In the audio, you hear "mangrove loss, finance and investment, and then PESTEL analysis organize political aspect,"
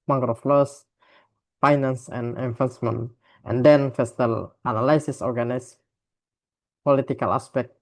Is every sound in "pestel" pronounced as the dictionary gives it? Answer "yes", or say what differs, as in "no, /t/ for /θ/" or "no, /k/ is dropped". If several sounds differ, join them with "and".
no, /f/ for /p/